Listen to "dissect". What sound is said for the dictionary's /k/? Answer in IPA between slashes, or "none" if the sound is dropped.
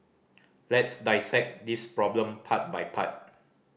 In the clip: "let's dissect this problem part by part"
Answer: /k/